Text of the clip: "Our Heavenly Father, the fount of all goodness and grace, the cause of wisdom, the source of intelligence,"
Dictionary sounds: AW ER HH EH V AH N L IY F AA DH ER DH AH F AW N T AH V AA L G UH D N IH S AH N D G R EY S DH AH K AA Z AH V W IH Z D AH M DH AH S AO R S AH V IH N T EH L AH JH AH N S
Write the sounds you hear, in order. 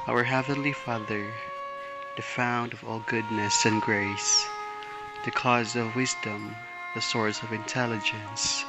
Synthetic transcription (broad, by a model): AW ER HH EH V AH N L IY F AA DH ER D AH F AW N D AH V AA L G UH D N IH S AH N G R EY S DH AH K AA Z AH V W IH Z D AH M DH AH S AO R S AH V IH N T EH L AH JH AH N S